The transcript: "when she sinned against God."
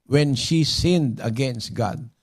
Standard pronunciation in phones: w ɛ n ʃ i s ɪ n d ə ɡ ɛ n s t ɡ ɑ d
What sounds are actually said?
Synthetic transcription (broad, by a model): w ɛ n ʃ i s ɪ n d ə ɡ ɛ n s t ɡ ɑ d